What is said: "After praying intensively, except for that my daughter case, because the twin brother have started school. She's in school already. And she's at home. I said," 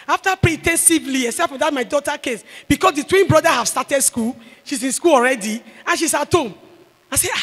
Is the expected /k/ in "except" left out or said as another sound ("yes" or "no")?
yes